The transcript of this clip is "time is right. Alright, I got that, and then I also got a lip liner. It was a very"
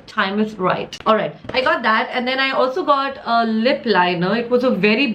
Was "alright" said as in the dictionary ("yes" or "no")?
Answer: yes